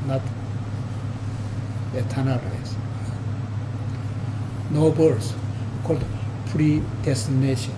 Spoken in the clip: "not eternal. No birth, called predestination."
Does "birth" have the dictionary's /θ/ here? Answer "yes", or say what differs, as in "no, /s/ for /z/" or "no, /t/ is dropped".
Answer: no, /s/ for /θ/